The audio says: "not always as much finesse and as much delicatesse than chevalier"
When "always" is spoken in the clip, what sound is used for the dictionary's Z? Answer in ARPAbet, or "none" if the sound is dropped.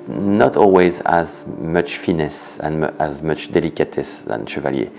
Z